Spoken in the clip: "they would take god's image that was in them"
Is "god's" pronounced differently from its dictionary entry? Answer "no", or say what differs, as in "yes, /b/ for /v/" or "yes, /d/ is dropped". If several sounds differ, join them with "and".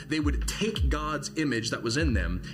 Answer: no